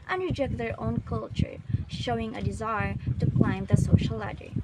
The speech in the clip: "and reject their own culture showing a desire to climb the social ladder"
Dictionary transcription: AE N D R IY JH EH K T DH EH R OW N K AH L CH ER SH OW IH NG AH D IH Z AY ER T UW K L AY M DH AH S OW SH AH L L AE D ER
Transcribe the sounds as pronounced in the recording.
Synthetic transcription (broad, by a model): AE N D R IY JH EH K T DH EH R OW N K AH L CH ER SH OW IH NG AH D IH Z AY ER T UW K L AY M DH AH S OW SH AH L L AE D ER